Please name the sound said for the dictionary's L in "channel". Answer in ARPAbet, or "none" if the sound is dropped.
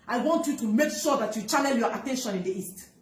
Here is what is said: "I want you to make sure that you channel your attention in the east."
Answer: N